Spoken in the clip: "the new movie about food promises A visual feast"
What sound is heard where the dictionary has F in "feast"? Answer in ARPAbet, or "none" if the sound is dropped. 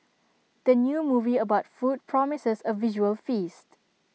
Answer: F